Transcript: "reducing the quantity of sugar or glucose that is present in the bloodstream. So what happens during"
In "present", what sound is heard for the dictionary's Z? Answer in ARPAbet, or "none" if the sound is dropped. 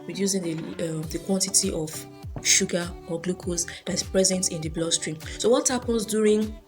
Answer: Z